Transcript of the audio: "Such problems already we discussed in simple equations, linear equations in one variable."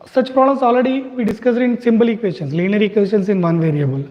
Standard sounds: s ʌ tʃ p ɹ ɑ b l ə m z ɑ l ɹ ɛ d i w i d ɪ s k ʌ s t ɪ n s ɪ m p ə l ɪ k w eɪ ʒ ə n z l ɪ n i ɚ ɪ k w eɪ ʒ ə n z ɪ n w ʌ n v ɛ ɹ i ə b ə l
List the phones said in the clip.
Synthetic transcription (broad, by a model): s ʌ tʃ p ɹ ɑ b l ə m s ɑ l ɹ ɛ d i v i d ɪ s k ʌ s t ɪ n s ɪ m b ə l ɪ k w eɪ ʃ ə n s l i n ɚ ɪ k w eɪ ʃ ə n s ɪ n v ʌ n v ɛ ɹ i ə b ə l